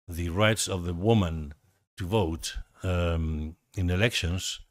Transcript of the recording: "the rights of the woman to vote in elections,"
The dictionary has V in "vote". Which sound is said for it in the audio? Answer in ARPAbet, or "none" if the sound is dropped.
V